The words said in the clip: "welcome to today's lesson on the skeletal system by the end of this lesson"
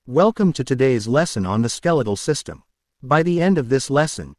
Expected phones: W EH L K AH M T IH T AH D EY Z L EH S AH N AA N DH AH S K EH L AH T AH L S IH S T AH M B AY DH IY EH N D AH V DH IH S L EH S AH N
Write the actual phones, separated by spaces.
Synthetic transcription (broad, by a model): W EH L K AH M T IH T AH D EY Z L EH S AH N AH N DH AH S K EH L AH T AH L S IH S T AH M B AY DH IY EH N D AH V DH IH S L EH S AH N